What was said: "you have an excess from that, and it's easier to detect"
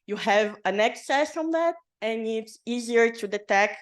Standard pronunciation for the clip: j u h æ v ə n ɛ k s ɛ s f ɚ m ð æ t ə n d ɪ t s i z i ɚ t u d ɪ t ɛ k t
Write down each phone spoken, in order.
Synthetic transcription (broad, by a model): j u h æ v ə n ɛ k s ɛ s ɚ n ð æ t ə n ɪ t s i z i ɚ t u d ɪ t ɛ k